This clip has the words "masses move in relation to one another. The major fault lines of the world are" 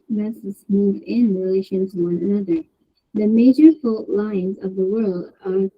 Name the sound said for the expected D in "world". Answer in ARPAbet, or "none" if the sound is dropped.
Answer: D